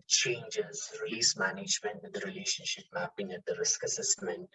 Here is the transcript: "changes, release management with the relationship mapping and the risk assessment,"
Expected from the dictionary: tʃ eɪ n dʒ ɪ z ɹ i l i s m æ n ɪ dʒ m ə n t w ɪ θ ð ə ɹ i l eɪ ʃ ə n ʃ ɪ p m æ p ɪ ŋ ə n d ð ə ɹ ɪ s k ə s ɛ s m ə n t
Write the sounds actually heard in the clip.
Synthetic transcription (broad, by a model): tʃ eɪ n dʒ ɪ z ɹ i l i s m æ n ɪ dʒ m ə n t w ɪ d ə ɹ i l eɪ ʃ ə n ʃ ɪ p m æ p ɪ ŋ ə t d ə ɹ ɪ s k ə s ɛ s m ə n t